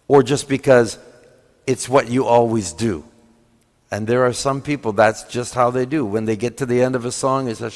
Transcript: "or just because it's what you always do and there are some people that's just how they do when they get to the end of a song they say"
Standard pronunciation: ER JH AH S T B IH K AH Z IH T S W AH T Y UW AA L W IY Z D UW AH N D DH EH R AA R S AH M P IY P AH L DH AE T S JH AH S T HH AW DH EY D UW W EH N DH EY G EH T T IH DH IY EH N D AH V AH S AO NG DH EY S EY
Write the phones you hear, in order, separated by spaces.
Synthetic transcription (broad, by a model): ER JH AH S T B IH K AH Z IH T S W AH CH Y AA L W IY Z D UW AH N DH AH R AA R S AH M P IY P L DH AE T S JH AH S T HH AW DH EY D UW W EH N DH EY G EH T T IH DH IY EH N D AH V AH S AO NG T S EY